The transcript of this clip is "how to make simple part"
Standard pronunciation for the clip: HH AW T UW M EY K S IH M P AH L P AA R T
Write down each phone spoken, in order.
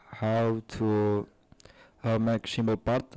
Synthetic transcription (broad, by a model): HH AW T UW M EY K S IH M AH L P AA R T